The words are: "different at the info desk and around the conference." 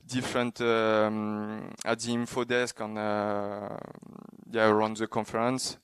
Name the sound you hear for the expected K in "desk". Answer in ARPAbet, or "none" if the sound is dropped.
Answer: K